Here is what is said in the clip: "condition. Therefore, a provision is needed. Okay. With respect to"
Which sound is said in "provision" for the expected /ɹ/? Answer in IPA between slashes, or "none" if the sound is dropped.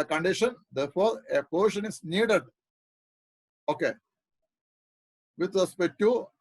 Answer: none